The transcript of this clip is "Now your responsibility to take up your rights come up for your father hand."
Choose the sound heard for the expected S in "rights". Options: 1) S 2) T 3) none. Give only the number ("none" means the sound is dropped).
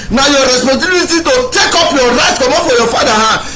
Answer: 3